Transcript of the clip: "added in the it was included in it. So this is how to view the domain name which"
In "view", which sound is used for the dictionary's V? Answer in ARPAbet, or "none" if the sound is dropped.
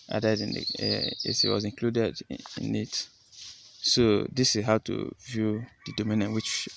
V